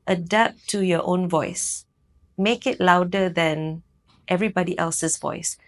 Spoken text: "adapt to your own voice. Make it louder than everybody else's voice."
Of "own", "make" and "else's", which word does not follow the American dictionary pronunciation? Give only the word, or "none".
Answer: else's